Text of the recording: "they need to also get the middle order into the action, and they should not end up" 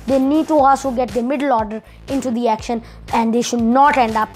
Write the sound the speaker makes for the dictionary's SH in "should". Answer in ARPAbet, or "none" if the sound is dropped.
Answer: SH